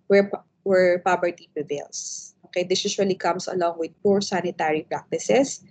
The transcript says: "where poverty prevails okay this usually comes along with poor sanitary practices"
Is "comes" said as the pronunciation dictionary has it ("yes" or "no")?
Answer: no